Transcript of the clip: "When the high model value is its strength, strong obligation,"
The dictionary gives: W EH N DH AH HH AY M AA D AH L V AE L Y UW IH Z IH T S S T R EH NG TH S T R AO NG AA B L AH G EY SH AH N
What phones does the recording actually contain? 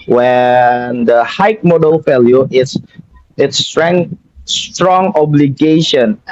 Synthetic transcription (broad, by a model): W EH N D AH HH AY M AA D AH L F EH L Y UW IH S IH T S S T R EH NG S T R AO NG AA B L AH G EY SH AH N